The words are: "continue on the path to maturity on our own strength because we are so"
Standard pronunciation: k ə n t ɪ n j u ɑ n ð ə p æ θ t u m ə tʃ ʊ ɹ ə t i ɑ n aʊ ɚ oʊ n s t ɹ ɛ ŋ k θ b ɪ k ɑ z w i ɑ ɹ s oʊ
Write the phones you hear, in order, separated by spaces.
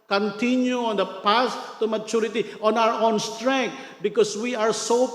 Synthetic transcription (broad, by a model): k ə n t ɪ n j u ɑ n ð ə p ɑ s t u m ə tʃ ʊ ɹ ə t i ɑ n aʊ ɚ oʊ n s t ɹ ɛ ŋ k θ b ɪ k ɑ s w i ɑ ɹ s oʊ